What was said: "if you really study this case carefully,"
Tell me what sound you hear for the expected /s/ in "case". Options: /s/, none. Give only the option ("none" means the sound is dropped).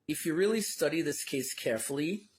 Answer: /s/